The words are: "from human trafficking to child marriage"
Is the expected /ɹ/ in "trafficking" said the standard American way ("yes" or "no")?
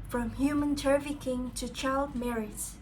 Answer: no